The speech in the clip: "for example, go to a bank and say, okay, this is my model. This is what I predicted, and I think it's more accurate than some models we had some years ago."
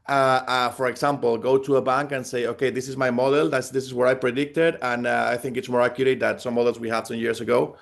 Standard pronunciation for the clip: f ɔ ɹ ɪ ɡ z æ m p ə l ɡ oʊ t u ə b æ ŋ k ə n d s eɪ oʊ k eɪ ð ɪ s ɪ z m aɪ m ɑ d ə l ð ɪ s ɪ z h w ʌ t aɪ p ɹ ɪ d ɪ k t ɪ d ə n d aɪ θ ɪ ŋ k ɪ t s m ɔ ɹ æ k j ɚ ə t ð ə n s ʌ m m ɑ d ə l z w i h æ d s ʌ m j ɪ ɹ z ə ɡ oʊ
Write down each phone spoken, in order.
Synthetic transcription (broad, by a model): f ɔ ɹ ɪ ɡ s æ m p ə l ɡ oʊ t u ə b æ ŋ k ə n s eɪ oʊ k eɪ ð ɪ s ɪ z m aɪ m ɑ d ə l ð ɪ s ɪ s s w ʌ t aɪ p ɹ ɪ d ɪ k t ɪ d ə n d aɪ θ ɪ ŋ k ɪ t s m ɔ ɹ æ k j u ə t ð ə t s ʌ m m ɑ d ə l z w i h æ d s ʌ m j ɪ ɹ s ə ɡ oʊ